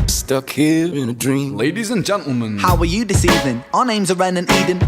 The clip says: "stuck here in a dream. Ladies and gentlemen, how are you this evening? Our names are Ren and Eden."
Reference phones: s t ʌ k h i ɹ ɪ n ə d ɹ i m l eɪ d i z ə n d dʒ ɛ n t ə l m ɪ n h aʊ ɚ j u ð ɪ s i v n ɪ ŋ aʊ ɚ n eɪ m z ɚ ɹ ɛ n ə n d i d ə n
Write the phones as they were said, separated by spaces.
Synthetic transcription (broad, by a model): s t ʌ k h i ɹ ɪ n ə d ɹ i m l eɪ d i z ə n dʒ ɛ n t l m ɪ n h aʊ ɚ j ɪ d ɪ s i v ɪ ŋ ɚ n eɪ m z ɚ ɹ ɛ n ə n i d n